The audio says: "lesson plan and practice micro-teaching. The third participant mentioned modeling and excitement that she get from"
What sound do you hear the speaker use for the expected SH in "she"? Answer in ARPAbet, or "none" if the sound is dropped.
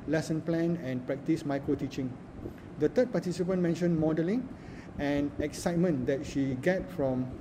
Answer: SH